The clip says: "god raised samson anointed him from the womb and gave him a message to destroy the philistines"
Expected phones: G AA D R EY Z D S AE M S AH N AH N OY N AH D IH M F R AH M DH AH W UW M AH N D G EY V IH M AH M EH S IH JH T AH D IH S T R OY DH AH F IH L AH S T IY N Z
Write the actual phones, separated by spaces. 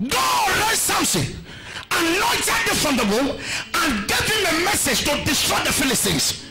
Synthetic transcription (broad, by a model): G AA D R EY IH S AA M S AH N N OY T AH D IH F R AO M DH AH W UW AH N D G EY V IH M AH M EH S IH JH T AH D IH S T R OY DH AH F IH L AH S T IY N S